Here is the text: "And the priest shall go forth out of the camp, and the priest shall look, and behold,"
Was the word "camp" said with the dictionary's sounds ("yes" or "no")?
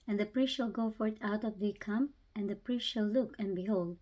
no